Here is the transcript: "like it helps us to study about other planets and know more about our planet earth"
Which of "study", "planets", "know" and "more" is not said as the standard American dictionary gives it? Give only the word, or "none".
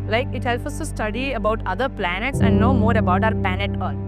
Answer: none